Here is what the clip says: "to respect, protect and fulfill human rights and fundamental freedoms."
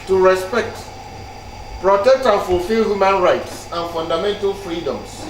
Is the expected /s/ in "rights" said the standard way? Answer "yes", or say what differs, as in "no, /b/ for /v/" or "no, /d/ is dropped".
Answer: yes